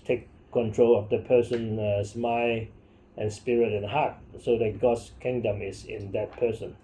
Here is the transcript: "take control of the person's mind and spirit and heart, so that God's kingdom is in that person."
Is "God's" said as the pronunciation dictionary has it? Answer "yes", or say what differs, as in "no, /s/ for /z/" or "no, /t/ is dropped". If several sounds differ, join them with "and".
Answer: no, /s/ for /z/